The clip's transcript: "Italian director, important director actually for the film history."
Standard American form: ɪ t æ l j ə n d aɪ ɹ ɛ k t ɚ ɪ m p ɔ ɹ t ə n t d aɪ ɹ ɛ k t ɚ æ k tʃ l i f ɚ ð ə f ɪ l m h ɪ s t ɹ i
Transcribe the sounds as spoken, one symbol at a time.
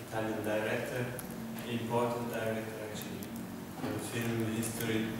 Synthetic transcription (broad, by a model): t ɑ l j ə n d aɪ ɹ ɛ k t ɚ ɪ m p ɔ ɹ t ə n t d aɪ ɹ ɛ k t ɚ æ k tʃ i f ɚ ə f ɪ l m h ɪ s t ɹ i